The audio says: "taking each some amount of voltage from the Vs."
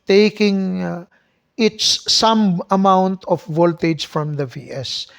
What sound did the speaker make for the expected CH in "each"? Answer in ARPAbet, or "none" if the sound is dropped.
S